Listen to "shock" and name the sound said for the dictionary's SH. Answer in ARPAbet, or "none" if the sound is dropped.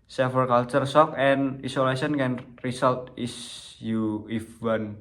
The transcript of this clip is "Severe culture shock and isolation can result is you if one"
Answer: S